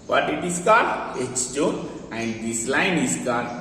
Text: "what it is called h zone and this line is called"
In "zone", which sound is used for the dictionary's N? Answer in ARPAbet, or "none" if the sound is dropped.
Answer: none